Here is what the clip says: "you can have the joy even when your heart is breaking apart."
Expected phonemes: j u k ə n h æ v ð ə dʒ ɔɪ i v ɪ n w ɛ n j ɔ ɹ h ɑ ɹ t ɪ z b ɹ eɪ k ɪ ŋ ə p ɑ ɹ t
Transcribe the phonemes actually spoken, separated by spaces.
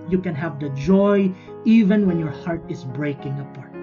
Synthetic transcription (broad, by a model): j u k ə n h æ v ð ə dʒ ɔɪ i v ɪ n w ɛ n j ɔ ɹ h ɑ ɹ t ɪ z b ɹ eɪ k ɪ ŋ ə p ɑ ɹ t